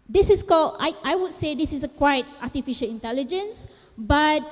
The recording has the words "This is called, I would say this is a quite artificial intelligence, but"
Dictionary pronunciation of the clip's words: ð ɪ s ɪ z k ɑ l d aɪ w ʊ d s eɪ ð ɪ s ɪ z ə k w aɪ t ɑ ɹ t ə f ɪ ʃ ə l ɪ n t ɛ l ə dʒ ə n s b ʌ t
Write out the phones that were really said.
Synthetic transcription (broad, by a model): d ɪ s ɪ s k ɑ l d aɪ w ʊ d s eɪ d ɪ s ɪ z ə k w aɪ t ɑ t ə f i ʃ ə l ɪ n t ɛ l ə dʒ ə n s b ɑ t